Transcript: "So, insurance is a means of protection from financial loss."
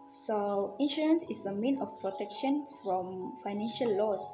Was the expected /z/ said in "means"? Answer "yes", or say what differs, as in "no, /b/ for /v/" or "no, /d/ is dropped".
no, /z/ is dropped